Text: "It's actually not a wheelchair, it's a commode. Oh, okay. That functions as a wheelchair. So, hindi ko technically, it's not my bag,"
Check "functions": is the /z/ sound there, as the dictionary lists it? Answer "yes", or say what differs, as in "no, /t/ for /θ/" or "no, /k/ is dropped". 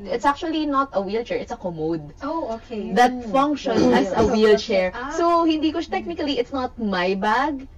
no, /z/ is dropped